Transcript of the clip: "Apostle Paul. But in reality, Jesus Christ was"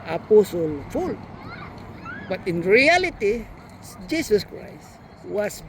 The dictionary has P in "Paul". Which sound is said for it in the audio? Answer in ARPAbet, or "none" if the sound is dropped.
F